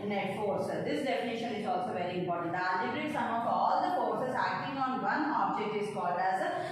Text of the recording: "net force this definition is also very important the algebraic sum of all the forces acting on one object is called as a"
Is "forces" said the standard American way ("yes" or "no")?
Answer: no